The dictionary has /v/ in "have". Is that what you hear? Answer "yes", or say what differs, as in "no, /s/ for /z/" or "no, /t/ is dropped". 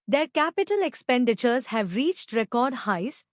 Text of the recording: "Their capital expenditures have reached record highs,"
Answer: yes